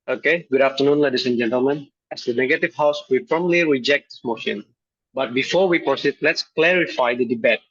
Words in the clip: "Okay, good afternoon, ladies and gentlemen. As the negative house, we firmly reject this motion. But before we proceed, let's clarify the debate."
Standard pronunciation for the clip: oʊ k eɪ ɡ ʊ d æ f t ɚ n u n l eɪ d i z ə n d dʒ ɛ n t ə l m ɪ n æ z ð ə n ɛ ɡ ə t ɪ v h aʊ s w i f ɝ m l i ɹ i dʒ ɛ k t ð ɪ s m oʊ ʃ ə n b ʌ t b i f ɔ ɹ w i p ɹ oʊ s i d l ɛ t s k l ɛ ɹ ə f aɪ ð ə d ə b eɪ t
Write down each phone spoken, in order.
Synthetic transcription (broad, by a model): oʊ k eɪ ɡ ʊ d æ f t ɚ n u n l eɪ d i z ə n dʒ ɛ n t ə l m ɪ n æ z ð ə n ɛ ɡ ə t ɪ v h aʊ s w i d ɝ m l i ɹ i dʒ ɛ k t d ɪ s m oʊ ʃ ə n b ʌ t b i f ɔ ɹ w i p ɹ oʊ s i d l ɛ t s k l ɛ ɹ ə f aɪ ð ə d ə b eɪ t